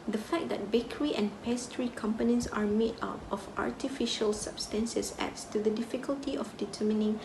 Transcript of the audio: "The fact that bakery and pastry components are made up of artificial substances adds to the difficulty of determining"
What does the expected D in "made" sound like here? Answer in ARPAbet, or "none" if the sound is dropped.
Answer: none